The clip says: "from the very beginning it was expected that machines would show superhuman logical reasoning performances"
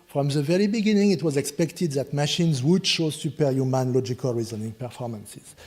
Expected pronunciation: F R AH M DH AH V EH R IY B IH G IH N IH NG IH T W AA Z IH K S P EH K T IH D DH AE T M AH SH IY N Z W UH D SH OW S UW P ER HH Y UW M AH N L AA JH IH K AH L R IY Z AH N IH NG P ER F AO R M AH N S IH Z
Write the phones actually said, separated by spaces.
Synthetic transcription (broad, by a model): F R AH M DH AH V EH R IY B IH G IH N IH NG IH T W AA Z IH K S P EH K T IH D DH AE T M AH SH IY N Z W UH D SH OW S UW P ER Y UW M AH N L AA JH IH K AH L R IY Z AH N IH NG P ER F AO R M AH N S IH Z